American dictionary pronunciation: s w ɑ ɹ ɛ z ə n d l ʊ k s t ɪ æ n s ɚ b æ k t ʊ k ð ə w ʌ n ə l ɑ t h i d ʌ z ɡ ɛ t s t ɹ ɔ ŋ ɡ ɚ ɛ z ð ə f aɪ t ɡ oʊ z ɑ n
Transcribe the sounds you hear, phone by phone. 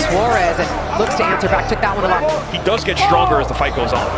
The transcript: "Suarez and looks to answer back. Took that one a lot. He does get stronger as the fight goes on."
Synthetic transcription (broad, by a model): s w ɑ ɹ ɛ z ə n l ʊ k s t ɪ æ n s ɚ b æ k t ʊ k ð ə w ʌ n ə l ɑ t h i d ʌ z ɡ ɛ t s t ɹ ɔ ŋ ɡ ɚ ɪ z ð ə f aɪ t ɡ oʊ z n